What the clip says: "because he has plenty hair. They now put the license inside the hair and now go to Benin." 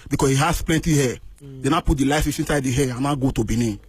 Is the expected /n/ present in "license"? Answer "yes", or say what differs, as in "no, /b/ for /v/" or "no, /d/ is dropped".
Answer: no, /n/ is dropped